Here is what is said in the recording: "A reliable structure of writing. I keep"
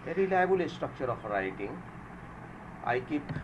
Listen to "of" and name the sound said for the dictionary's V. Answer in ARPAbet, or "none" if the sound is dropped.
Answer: P